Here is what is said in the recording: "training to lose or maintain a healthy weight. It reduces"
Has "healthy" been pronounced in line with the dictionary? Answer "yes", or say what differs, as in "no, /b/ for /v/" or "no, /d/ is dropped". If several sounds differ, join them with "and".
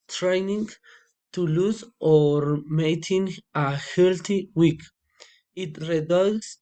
no, /t/ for /θ/